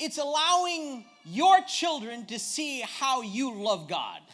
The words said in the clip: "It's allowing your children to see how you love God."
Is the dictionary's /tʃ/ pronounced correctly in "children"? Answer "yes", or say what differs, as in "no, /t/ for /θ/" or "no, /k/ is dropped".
yes